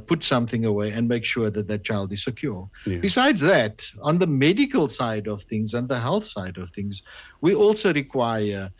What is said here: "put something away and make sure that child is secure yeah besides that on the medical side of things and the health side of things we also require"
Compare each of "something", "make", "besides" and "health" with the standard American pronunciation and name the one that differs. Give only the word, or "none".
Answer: none